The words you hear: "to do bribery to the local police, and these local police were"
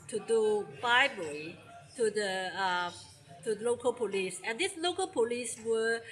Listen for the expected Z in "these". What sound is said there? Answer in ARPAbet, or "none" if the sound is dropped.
S